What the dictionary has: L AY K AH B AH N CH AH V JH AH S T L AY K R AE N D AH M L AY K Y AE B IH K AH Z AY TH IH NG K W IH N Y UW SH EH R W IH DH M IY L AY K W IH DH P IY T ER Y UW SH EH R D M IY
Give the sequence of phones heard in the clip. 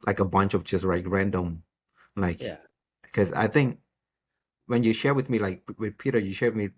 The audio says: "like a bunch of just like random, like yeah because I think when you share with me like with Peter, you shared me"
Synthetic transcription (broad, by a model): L AY K AH B AH N CH AH V JH AH S T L AY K R AE N D AH M L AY IH K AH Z AY TH IH NG K W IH N Y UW SH EH R W IH DH M IY L AY K W IH DH P IY T ER Y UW SH EH R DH M IY